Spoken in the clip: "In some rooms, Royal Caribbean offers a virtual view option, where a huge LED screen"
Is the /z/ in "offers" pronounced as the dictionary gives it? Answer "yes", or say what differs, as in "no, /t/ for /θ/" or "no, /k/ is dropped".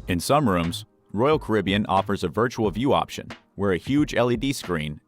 yes